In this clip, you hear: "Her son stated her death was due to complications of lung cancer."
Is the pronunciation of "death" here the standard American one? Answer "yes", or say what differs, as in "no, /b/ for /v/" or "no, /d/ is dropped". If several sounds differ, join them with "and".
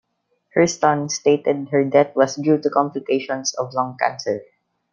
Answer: no, /t/ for /θ/